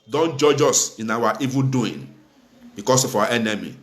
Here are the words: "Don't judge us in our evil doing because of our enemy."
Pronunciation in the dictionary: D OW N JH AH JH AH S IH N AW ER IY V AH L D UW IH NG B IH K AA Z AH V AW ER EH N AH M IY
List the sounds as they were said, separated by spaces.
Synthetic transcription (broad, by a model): D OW N JH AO JH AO S IH N AW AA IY V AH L D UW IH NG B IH K AA S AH F AW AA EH N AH M IY